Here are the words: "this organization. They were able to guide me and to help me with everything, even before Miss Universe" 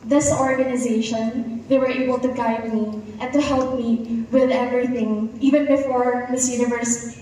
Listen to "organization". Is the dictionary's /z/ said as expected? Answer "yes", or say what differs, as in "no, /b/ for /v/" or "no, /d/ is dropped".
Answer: yes